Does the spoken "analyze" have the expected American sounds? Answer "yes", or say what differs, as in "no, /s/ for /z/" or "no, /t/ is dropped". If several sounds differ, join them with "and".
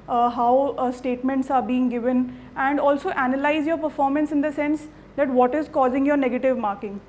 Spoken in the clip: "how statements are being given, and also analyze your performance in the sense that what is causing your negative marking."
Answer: yes